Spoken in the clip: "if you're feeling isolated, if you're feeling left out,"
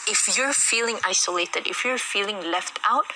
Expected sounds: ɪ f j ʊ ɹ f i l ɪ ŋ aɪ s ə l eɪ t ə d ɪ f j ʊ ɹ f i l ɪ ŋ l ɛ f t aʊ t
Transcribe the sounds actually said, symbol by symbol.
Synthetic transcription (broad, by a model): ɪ f j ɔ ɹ f i l ɪ ŋ aɪ s ə l eɪ t ə d ɪ f j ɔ ɹ f i l ɪ ŋ l ɛ f t aʊ t